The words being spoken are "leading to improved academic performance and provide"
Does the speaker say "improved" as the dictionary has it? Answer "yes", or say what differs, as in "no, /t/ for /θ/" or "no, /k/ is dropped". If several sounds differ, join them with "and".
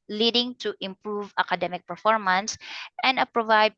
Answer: no, /d/ is dropped